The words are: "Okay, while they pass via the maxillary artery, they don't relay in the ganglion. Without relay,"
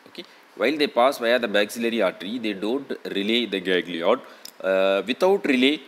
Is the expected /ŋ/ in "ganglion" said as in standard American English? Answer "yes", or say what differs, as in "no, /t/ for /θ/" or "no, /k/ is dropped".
no, /ŋ/ is dropped